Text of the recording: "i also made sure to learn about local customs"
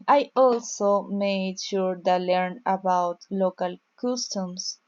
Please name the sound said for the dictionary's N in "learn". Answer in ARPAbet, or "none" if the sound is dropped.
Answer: N